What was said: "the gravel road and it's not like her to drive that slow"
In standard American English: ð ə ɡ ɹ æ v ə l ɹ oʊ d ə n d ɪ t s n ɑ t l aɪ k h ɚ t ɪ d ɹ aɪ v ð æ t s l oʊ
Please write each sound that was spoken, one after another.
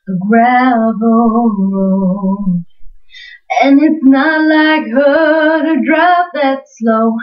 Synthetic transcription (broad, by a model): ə ɡ ɹ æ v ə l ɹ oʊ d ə n ɪ t s n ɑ t l aɪ k h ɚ t ɪ d ɹ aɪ p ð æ t s l oʊ